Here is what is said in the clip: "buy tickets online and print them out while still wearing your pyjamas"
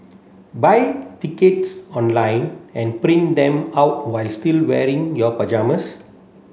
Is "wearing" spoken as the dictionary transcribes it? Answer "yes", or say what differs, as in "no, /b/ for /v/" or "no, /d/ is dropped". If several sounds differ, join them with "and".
yes